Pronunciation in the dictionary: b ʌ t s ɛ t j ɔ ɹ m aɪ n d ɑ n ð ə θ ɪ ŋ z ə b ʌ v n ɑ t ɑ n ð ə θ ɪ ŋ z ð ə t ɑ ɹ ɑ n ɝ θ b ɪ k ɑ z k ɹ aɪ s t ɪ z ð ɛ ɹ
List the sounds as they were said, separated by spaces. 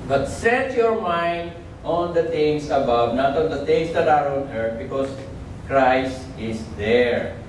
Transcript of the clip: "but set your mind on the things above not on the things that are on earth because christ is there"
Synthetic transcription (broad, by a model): b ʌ t s ɛ t j ɔ ɹ m aɪ n d ɑ n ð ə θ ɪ ŋ s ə b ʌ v n ɑ t ɑ n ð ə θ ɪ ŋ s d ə t ɑ ɹ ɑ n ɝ b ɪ k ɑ s k ɹ aɪ s t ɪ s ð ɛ ɹ